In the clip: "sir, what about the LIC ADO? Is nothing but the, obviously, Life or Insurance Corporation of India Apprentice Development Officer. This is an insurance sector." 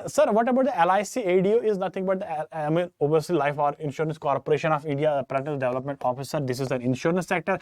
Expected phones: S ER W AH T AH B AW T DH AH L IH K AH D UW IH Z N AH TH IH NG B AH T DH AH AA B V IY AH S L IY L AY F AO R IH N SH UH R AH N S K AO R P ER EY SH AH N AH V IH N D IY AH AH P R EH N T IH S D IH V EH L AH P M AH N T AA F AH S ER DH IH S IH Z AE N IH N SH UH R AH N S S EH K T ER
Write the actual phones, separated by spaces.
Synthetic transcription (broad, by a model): S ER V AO T AH B AW T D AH L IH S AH D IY IH Z N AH T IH NG B AH T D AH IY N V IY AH S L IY L AY F AO R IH N SH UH R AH N S K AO R P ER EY SH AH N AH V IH N D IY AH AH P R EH T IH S D IH V EH L AH P M AH N T AA F AH S ER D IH S IH Z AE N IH N SH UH R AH N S S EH K T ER